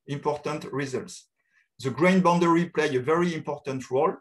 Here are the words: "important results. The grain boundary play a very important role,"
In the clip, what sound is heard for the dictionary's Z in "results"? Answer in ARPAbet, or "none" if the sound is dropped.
Z